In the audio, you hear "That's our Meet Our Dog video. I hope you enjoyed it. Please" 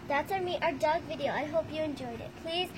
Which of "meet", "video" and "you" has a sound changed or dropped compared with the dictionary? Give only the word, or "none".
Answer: none